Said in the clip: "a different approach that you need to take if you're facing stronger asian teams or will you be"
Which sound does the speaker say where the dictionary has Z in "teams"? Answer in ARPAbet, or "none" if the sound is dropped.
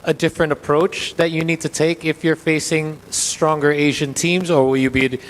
Z